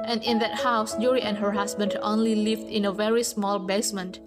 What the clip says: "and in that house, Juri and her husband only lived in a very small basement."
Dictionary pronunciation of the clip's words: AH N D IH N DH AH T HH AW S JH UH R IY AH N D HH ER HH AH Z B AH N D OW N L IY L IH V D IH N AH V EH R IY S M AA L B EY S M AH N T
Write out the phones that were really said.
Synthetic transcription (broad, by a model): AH N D IH N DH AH T HH AW S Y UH R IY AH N HH ER HH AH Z B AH N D OW N L IY L IH V D IH N AH V EH R IY S M AA L B EY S M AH N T